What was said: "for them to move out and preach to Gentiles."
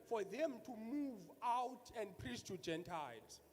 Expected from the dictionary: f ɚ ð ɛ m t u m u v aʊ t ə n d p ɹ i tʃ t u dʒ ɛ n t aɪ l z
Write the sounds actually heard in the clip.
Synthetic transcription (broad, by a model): f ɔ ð ɛ m t u m u v aʊ t ə n d p ɹ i s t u dʒ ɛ n t aɪ l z